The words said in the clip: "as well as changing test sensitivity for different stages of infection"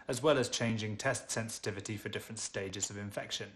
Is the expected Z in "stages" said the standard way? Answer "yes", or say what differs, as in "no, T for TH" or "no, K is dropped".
yes